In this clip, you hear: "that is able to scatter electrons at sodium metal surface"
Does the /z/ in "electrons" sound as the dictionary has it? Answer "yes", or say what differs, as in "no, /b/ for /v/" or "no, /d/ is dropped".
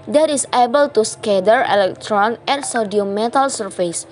no, /z/ is dropped